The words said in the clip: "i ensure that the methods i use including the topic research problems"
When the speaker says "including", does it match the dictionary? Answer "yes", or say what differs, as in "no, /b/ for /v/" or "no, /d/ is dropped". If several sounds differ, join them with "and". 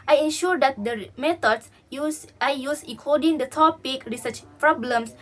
no, /n/ is dropped and /l/ is dropped